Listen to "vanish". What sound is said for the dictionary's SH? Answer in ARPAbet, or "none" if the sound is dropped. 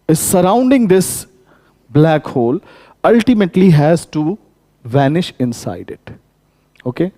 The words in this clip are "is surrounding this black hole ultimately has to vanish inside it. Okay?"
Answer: SH